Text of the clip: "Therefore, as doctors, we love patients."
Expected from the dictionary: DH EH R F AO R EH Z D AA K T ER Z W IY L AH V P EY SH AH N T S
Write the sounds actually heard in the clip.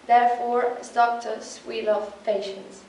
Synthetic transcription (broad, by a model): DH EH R F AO R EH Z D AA K T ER S W IY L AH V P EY SH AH N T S